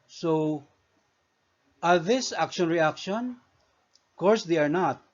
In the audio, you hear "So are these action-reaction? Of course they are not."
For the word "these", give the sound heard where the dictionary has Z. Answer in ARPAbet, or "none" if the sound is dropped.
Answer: S